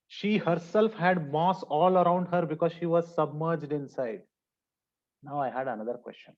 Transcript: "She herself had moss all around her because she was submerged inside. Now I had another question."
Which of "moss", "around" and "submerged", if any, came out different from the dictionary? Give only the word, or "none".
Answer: none